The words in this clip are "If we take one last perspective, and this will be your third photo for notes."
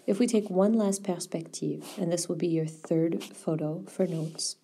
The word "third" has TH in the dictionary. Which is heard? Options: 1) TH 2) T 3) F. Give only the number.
1